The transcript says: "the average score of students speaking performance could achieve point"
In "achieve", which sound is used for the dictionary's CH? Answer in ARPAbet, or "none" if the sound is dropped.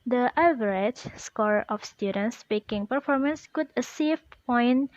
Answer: S